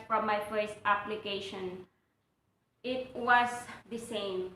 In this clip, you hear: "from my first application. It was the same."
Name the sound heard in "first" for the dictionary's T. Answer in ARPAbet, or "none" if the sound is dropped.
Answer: T